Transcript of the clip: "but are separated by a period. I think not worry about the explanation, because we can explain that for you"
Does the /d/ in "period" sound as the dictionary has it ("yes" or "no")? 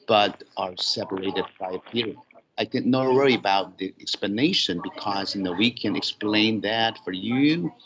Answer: no